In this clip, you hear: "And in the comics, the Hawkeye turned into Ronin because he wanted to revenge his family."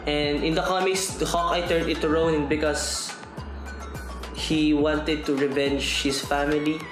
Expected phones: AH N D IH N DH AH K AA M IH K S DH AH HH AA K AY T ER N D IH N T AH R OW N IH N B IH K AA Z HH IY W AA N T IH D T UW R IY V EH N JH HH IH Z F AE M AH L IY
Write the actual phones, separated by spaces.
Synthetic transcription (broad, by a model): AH N D IH N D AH K AA M IH K S HH AA K AY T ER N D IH T R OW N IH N B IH K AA S HH IY W AA N T IH D T UW R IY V EH N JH HH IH S F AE M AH L IY